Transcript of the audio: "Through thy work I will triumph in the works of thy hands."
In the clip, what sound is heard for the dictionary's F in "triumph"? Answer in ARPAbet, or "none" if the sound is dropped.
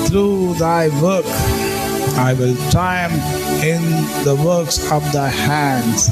none